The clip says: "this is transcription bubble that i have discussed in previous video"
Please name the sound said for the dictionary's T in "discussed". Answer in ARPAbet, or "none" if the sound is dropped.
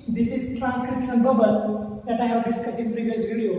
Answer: none